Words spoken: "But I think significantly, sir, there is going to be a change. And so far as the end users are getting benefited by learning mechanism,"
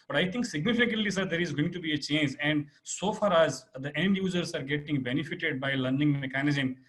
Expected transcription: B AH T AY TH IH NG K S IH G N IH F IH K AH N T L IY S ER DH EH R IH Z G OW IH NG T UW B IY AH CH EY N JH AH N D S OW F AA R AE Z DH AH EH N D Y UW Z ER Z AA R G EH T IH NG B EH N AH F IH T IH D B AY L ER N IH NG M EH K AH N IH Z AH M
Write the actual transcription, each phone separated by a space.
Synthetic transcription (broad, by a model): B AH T AY T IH NG K S IH G N IH F IH K AH N T L IY S ER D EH R IH Z G OW IH NG T UW B IY AH CH EY N JH AH N D S OW F AA R AE Z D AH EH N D Y UW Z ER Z AA R G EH T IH NG B EH N AH F IH T IH D B AY L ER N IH NG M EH K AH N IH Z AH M